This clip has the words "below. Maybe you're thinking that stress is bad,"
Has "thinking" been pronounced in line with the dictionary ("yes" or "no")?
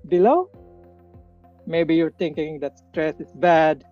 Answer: no